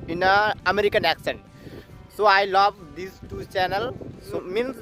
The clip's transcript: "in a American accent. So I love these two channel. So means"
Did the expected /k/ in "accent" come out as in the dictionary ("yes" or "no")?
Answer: yes